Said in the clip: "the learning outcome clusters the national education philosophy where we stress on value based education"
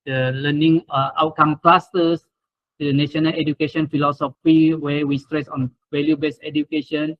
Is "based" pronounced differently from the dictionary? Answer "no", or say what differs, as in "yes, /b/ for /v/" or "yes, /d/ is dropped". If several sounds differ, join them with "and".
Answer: yes, /t/ is dropped